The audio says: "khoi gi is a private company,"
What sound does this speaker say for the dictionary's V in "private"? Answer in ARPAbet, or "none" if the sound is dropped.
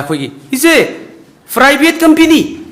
B